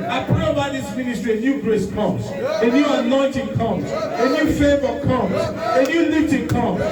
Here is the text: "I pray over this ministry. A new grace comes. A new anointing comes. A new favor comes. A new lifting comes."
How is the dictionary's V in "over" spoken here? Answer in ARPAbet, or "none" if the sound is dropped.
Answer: B